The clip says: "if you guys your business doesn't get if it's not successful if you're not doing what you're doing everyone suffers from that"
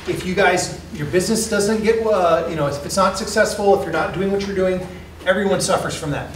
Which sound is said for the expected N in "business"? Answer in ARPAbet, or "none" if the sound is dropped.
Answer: N